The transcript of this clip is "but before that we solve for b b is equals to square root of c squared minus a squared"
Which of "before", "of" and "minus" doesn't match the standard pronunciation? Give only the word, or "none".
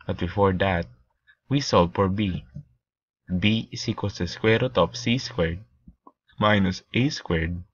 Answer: of